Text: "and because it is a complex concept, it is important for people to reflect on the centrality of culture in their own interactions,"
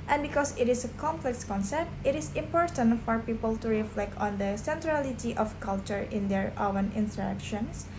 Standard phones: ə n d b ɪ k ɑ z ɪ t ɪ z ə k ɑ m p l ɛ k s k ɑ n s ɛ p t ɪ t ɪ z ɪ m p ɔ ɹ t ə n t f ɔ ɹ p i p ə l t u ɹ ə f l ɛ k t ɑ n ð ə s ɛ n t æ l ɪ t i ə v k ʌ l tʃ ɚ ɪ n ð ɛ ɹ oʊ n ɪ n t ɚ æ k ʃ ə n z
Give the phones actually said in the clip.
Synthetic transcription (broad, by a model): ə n b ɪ k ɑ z ɪ t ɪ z ə k ɑ m p l ɛ k s k ɑ n s ɛ p t ɪ t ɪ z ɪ m p ɔ ɹ t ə n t f ɔ ɹ p i p ə l t u ɹ ə f l ɛ k t ɑ n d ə s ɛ n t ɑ l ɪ t i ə f k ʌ l tʃ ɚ ɪ n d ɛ ɹ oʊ n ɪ n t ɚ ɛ k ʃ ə n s